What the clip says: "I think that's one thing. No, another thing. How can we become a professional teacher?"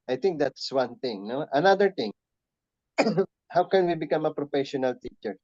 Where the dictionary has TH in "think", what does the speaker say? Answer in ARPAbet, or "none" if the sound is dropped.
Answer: T